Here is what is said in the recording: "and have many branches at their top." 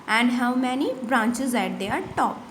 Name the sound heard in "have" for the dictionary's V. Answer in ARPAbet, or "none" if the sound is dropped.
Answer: W